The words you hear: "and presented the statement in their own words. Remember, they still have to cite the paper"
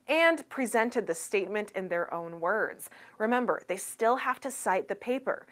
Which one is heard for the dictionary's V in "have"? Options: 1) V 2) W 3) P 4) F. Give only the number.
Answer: 4